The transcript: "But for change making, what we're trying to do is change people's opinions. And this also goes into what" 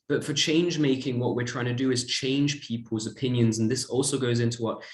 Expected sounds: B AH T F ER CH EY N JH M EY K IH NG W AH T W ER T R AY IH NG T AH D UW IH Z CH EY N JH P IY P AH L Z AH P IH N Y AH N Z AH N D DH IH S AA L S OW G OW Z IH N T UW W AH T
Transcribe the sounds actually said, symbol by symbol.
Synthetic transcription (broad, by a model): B AH T F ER CH EY N JH M EY K IH NG W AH T W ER T R AY IH NG T AH D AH IH Z CH EY N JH P IY P AH L Z AH P IH N Y AH N Z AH N DH IH S AA L S OW G OW Z IH N T UW W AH T